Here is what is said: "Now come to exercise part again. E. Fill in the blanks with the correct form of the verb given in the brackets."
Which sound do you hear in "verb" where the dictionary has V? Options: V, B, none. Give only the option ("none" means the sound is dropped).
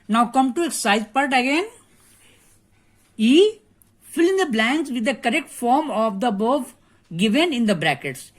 B